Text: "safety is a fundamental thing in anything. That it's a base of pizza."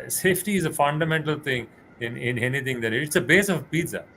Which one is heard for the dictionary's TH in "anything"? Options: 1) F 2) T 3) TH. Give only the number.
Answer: 2